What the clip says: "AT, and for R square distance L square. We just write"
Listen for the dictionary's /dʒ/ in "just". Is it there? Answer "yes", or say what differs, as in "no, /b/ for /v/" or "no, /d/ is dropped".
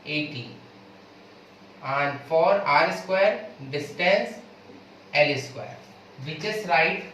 no, /tʃ/ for /dʒ/